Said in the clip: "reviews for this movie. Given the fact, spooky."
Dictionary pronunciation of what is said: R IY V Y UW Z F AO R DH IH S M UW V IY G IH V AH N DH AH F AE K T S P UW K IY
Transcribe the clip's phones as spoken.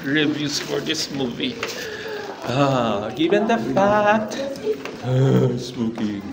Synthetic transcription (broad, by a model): R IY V Y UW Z F AO R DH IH S M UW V IY G IH V AH N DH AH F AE T S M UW K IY